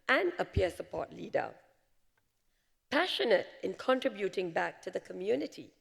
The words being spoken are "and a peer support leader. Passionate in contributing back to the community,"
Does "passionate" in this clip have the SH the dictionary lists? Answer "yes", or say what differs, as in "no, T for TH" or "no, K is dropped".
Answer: yes